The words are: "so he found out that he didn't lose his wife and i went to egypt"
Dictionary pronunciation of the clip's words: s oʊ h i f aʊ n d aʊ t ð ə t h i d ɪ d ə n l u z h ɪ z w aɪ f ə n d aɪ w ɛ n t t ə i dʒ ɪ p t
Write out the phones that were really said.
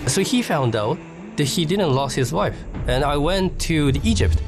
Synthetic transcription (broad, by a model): s oʊ h i f aʊ n d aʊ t ð ə t h i d ɪ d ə n l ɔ s h ɪ z w aɪ f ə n aɪ w ɛ n t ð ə i dʒ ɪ p t